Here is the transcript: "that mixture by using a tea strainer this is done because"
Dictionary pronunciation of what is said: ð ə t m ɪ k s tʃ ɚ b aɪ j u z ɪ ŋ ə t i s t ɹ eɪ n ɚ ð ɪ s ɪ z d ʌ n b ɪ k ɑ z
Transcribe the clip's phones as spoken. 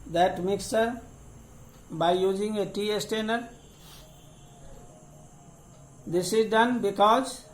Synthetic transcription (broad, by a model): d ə t m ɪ k s ɚ b aɪ j u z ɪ ŋ ə t i s t eɪ n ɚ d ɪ s ɪ z d ʌ n b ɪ k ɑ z